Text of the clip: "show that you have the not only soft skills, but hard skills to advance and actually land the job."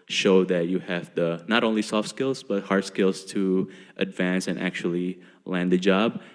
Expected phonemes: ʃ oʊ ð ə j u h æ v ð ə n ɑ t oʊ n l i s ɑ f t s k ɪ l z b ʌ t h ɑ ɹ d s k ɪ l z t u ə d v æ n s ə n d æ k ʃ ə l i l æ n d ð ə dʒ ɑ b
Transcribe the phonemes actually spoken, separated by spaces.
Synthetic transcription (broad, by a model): ʃ oʊ ð ə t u h æ v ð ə n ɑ t oʊ n l i s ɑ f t s k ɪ l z b ʌ t h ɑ ɹ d s k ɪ l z t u ə d v æ n s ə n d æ k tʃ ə l i l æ n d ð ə dʒ ɑ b